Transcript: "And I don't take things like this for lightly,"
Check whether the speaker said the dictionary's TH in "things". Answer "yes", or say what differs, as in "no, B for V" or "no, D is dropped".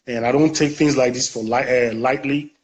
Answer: yes